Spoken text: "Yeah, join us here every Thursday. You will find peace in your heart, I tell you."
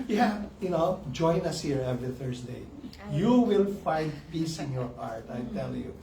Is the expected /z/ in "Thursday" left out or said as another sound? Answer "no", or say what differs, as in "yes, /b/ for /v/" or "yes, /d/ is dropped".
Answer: yes, /s/ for /z/